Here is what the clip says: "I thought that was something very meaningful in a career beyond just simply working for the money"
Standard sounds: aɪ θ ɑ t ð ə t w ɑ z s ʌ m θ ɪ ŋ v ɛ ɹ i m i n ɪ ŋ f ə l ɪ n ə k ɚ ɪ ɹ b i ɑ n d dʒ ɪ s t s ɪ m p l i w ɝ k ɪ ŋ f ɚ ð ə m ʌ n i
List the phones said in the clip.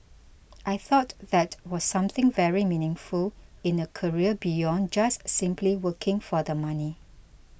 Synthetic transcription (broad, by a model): aɪ θ ɑ t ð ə t w ɑ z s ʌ m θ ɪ ŋ v ɛ ɹ i m i n ɪ ŋ f ə l ɪ n ə k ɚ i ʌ b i ɑ n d dʒ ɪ s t s ɪ m p l i w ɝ k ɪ ŋ f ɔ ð ə m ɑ n i